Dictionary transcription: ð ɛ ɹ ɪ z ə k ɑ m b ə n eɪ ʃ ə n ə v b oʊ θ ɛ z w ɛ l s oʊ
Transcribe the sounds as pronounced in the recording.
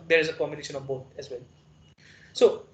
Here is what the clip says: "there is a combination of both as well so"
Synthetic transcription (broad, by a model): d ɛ ɹ ɪ z ə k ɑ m ə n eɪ ʃ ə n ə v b oʊ t ɛ z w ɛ l s oʊ